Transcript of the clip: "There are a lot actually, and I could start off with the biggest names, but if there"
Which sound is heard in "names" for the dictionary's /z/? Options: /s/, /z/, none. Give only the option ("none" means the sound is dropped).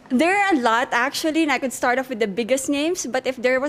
/s/